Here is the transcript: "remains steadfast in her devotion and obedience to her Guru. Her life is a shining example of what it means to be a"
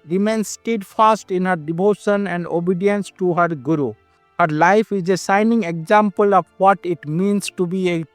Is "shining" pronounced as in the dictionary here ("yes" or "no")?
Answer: no